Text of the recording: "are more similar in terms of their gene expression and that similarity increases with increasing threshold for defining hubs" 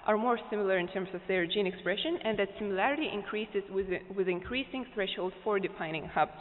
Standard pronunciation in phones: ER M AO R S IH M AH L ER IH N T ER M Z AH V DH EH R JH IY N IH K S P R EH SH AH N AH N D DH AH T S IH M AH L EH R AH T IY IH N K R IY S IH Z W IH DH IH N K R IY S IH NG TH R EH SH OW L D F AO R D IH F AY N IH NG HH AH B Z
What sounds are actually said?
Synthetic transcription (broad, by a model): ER M AO R S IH M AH L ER IH N T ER M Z AH V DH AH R JH IY N IH K S P R EH SH AH N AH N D DH AH T S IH M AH L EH R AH T IY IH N K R IY S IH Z W IH DH IH N K R IY S IH NG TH R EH SH OW L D F AO R D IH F AY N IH NG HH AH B